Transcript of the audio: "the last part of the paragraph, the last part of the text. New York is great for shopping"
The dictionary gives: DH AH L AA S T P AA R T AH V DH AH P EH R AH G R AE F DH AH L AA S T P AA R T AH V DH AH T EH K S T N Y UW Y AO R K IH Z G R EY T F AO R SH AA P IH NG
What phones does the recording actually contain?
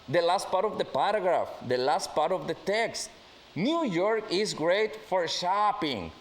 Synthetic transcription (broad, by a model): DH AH L AA S T P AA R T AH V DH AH P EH R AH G R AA F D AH L AA S T P AA R T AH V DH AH T EH K S T N Y UW Y AO R K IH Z G R EY T F AO R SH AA P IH NG